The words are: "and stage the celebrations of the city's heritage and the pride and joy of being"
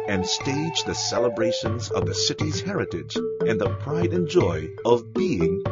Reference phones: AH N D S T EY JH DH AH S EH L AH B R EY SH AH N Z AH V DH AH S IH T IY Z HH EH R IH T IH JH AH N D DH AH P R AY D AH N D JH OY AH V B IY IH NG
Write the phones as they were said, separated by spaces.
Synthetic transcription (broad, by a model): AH N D S T EY JH DH AH S EH L AH B R EY SH AH N Z AH V DH AH S IH T IY Z HH EH R IH T IH JH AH N DH AH P R AY D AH N JH OY AH V B IY IH NG